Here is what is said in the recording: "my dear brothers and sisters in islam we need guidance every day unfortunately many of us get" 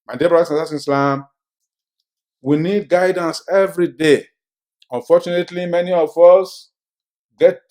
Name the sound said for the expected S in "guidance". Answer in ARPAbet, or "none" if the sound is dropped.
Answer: S